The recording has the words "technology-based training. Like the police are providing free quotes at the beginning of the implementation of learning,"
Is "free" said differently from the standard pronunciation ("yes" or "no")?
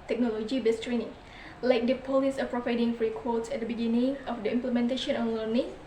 no